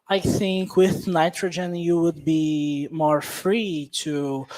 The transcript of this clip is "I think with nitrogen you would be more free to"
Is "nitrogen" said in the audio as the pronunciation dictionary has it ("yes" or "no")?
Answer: yes